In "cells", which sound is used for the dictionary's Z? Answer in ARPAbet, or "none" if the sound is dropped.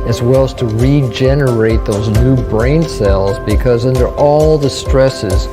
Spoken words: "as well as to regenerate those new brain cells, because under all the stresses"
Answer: Z